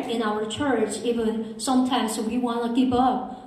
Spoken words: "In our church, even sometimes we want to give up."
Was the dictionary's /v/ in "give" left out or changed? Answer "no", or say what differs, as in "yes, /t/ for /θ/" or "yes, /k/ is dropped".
yes, /p/ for /v/